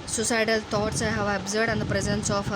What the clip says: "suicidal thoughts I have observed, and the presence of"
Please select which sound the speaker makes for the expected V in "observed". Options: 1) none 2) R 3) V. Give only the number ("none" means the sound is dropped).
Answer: 1